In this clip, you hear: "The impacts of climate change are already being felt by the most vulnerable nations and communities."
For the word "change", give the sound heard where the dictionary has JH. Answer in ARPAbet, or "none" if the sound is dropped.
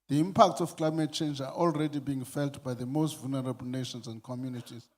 JH